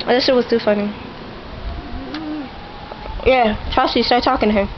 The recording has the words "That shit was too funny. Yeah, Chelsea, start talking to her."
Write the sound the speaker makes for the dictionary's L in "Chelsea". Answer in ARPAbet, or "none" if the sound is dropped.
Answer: none